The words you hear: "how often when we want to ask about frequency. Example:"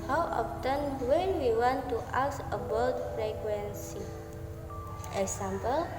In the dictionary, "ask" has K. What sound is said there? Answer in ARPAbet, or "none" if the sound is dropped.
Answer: none